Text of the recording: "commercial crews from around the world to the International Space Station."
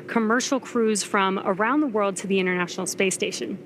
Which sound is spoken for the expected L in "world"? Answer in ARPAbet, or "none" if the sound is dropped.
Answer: L